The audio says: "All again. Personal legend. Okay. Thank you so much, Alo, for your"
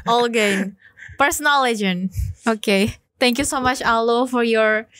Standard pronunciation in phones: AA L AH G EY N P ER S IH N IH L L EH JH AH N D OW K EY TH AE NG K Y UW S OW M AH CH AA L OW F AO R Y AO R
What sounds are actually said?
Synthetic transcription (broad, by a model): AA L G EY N P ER S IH N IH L L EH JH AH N OW K EY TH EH NG K Y UW S OW M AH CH AA L OW F AO R Y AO R